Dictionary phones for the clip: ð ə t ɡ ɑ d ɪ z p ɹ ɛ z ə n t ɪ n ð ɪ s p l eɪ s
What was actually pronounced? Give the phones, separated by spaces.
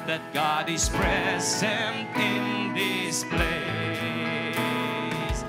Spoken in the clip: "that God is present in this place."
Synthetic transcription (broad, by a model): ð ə t ɡ ɑ d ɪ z p ɹ ɛ z ə n t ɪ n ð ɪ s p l eɪ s